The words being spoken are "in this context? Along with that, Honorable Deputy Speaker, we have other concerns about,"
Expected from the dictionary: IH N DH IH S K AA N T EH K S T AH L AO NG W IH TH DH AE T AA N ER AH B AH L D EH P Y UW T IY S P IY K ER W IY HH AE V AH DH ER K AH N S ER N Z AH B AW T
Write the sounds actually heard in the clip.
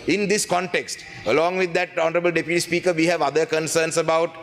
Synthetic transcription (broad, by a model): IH N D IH S K AA N T EH K S T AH L AO NG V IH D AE T AA N ER AH B AH L D EH P Y UW T IY S P IY K ER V IY HH AE V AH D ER K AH N S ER N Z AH B AW T